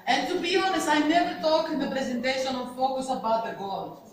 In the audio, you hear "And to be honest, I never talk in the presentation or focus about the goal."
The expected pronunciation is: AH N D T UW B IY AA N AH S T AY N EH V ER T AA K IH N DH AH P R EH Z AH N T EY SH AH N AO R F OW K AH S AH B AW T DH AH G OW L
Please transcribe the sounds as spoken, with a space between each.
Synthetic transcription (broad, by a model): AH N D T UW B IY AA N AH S AY N EH V ER T AA K IH N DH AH P R EH Z AH N T EY SH AH N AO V F OW K AH S AH B AW T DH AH G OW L